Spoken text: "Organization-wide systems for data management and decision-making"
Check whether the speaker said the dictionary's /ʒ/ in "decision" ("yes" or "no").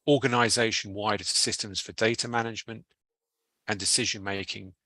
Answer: yes